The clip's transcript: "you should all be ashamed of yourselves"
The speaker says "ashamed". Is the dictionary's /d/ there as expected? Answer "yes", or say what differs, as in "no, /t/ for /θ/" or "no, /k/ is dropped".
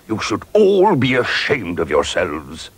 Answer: yes